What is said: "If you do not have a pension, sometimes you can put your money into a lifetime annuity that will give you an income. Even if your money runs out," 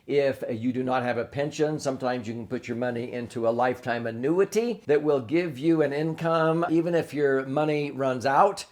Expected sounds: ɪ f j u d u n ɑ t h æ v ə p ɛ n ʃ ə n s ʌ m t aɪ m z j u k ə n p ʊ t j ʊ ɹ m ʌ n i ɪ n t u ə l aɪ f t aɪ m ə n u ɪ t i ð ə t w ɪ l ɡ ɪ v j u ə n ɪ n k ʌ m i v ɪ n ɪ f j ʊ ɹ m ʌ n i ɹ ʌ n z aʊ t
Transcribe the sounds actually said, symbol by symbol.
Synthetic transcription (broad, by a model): ɪ f j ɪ d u n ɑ t h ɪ v ə p ɛ n ʃ ə n s ʌ m t aɪ m z j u k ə n p ʊ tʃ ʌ ɹ m ʌ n i ɪ n t u ə l aɪ f t aɪ m ə n u ɪ t i ð ə t w ɪ l ɡ ɪ v j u ə n ɪ n k ʌ m i v ɪ n ɪ f j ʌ ɹ m ʌ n i ɹ ʌ n z aʊ t